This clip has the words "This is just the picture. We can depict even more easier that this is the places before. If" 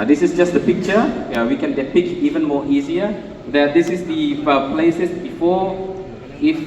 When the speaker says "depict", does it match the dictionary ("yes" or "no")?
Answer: no